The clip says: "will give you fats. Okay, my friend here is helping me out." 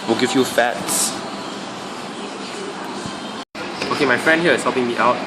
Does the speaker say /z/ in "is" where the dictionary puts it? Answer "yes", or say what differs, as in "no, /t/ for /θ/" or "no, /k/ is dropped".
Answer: no, /s/ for /z/